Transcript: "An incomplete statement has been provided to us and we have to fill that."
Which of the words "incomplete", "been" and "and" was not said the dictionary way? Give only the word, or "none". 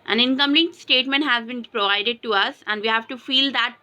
incomplete